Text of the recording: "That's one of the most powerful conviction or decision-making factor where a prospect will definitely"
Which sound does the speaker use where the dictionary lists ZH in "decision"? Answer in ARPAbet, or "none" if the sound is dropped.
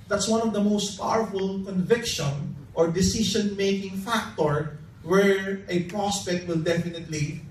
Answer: SH